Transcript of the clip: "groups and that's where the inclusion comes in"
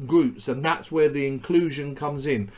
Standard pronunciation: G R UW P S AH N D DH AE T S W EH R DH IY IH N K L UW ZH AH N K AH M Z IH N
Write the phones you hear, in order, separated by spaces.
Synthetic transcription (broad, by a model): G R UW P S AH N DH AE T S W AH R DH IY IH N K L UW ZH AH N K AH M Z IH N